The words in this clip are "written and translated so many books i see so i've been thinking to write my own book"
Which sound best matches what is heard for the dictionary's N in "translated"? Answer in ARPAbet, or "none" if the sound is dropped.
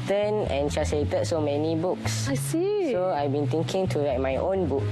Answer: none